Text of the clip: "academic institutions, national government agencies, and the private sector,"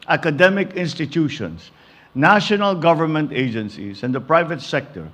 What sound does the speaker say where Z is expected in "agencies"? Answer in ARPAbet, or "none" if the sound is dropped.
S